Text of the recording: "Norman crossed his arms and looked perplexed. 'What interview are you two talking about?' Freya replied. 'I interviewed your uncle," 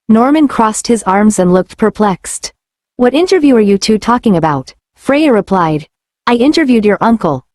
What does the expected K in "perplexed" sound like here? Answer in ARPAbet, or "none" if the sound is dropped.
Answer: K